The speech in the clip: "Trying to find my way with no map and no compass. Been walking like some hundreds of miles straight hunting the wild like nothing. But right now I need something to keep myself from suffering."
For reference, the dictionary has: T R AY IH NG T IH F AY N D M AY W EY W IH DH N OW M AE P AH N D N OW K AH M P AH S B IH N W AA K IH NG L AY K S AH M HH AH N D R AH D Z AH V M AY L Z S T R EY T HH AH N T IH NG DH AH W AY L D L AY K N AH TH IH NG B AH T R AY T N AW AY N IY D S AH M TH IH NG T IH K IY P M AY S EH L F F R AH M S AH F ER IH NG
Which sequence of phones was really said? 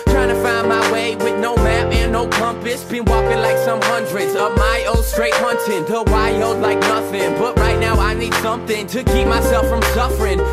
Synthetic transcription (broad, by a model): T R AY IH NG T IH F AY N M AY W EY W IH DH N OW M AE P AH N N OW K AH M P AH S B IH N W AA K IH NG L AY K S AH M HH AH N D R AH D Z AH V M AY L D S T R EY T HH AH N T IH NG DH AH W AY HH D L AY K N AH TH IH NG B AH T R AY T N AW AY N IY D S AH M TH IH NG T IH K IY P M AY S EH L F F R AH M S AH F ER IH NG